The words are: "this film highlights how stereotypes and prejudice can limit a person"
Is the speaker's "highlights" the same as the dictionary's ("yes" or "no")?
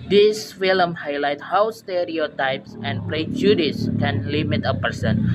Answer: no